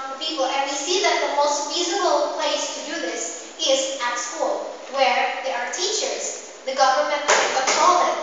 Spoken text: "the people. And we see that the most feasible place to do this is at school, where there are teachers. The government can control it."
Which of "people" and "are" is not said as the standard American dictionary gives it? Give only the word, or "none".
none